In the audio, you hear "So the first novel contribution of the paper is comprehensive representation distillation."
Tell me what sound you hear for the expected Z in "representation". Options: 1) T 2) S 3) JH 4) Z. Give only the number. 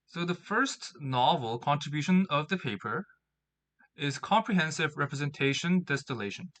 4